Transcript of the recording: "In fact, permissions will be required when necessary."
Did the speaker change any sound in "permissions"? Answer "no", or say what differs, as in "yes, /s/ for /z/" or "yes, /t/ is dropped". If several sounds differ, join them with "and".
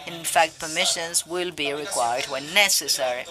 no